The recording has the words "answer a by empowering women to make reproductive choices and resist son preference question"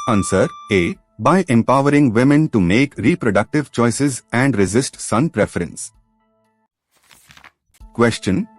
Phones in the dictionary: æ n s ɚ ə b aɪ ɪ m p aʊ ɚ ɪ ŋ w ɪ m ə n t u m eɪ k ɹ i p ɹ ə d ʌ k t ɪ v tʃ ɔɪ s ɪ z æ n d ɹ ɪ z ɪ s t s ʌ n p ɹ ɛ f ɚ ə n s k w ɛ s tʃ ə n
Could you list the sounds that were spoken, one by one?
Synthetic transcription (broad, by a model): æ n s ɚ ə b aɪ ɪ m p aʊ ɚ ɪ ŋ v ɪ m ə n t u m eɪ k ɹ i p ɹ ə d ʌ k t ɪ v tʃ ɔɪ s ɪ z æ n d ɹ ɪ z ɪ s t s ʌ n p ɹ ɛ f ɚ ə n s k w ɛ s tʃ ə n